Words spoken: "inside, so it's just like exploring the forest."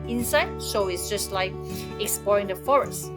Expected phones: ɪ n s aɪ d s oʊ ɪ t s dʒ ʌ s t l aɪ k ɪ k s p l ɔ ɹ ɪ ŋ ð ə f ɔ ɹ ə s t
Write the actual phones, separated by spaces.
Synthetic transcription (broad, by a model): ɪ n s aɪ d ʃ oʊ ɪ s dʒ ʌ s t l aɪ k ɪ k s p l ɔ ɹ ɪ ŋ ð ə f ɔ ɹ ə s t